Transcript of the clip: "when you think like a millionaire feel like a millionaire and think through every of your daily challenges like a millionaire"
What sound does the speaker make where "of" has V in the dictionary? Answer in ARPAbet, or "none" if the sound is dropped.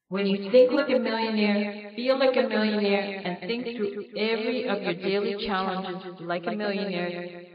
V